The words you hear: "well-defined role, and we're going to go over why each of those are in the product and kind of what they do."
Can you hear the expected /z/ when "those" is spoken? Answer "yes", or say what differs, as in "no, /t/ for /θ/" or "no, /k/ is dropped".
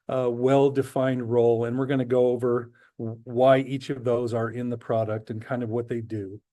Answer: yes